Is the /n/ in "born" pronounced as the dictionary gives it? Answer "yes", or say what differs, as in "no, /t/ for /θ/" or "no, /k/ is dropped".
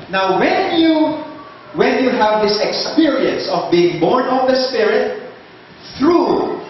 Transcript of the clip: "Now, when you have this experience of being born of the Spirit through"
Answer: yes